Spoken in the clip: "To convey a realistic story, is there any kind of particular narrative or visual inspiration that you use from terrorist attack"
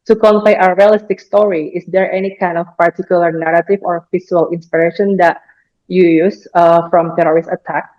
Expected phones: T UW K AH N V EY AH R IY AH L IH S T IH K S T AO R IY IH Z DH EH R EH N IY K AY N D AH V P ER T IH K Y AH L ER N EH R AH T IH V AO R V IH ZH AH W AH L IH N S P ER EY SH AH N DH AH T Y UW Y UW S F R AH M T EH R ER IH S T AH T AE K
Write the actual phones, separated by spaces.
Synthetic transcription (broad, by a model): T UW K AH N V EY AH R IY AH L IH S T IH K S T AO R IY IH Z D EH R EH N IY K AY N D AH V P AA T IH K Y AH L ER N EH R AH T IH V AO R F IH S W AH L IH N S P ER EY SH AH N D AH T Y UW Y UW S F R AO M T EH R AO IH S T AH T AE K